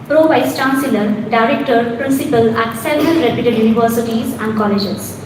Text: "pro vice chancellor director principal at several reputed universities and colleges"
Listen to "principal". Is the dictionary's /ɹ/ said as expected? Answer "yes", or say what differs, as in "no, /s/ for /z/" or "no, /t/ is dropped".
yes